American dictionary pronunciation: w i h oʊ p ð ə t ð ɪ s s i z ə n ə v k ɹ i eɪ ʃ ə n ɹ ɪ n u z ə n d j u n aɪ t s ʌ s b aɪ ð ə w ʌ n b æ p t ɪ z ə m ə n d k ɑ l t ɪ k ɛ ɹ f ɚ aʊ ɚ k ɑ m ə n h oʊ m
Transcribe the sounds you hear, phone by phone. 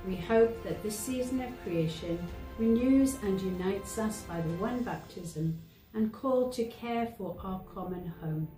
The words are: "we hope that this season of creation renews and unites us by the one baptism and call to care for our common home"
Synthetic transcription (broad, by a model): w i h oʊ p ð ə t ð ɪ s s i z ə n ə v k ɹ i eɪ ʃ ə n ɹ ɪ n u z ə n j u n aɪ t s ʌ s b aɪ ð ə w ʌ n b æ p t ɪ z ə m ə n k ɑ l t ɪ k ɛ ɹ f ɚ aʊ ɚ k ɑ m ə n h oʊ m